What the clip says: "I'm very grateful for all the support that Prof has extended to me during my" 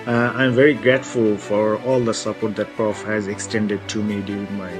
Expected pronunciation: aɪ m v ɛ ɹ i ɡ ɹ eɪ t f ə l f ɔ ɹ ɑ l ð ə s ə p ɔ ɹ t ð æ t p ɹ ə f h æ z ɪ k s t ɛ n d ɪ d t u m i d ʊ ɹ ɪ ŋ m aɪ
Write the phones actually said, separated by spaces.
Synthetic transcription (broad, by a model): aɪ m v ɛ ɹ i ɡ ɹ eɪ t f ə l f ɔ ɹ ɑ l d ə s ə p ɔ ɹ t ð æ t p ɹ ə f h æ z ɪ k s t ɛ n d ɪ d t u m i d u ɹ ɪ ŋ m aɪ